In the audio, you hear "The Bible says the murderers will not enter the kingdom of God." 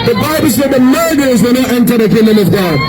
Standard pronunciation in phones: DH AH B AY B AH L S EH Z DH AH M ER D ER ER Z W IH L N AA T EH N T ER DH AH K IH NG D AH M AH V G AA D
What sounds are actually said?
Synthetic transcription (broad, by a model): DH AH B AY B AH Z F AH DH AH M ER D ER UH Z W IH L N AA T EH N T ER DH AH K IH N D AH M AH V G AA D